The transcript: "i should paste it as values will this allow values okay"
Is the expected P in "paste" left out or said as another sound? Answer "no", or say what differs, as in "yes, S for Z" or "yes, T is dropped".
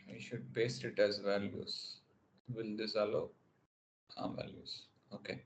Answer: yes, B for P